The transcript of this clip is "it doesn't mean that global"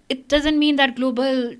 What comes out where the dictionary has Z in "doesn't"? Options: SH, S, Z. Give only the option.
Z